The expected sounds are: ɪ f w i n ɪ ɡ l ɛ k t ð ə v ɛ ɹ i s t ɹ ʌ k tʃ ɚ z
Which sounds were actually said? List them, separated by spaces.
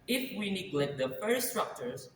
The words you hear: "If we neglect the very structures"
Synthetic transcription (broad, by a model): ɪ f w i n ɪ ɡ l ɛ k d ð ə f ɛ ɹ s t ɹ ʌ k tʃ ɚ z